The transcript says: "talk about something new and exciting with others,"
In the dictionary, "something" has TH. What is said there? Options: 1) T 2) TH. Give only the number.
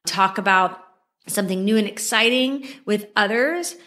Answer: 2